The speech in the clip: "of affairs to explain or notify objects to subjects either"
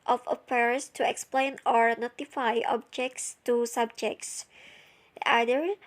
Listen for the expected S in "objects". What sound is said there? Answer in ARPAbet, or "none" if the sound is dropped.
S